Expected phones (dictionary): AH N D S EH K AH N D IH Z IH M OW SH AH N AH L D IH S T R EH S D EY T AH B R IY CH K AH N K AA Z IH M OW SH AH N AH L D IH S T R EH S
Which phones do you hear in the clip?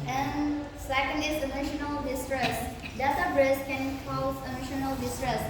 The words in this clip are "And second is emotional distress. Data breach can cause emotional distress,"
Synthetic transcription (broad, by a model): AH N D S EH K AH N D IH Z IH M OW SH AH N AH L D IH S T R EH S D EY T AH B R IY S K AH N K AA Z IH M OW SH AH N AH L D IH S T R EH S